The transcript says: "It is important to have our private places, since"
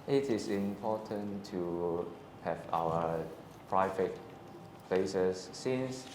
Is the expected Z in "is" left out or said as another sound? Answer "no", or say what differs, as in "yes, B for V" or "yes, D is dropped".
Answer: yes, S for Z